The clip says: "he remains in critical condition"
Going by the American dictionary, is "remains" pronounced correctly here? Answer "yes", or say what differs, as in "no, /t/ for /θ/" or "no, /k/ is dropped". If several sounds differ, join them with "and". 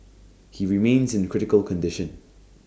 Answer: yes